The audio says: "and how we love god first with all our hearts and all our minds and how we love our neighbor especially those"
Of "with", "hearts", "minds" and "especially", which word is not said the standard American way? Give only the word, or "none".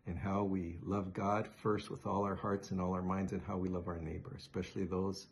none